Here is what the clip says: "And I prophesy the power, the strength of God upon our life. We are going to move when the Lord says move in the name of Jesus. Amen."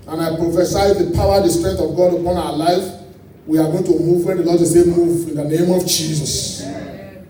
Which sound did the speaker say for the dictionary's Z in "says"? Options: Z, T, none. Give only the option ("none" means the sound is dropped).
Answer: none